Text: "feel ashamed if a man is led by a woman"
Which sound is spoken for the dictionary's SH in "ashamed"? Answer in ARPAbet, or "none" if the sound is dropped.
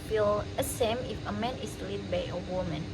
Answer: S